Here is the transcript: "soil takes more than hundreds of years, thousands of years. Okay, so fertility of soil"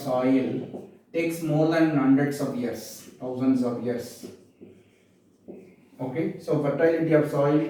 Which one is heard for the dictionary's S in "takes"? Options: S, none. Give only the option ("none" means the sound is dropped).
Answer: S